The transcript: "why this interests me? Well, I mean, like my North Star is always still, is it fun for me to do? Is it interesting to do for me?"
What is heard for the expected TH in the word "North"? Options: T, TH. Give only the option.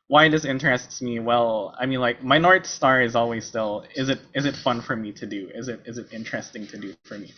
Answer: T